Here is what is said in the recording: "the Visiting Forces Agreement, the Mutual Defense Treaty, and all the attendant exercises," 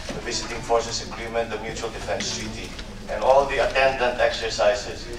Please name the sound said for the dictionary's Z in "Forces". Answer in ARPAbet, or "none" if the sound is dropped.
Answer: S